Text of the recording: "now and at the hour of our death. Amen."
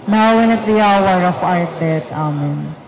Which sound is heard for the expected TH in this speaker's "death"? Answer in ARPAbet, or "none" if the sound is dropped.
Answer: T